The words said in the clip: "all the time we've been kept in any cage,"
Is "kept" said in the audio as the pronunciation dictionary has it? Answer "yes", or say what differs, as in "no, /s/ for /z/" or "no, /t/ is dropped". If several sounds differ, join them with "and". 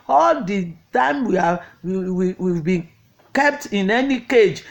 yes